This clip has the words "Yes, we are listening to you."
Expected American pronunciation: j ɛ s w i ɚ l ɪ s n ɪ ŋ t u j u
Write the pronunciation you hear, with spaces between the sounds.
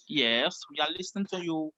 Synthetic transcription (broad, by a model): j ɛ s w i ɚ l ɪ s ɪ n t u j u